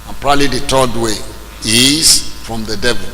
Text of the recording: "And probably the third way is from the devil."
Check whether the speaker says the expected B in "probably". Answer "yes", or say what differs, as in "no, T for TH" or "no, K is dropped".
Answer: no, B is dropped